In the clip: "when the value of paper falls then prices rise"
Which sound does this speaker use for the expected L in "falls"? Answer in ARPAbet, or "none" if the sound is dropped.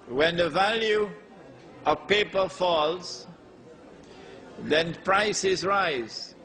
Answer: L